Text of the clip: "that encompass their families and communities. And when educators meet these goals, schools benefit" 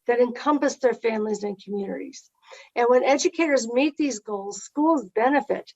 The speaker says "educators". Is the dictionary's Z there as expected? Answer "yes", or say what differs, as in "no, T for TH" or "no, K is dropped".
yes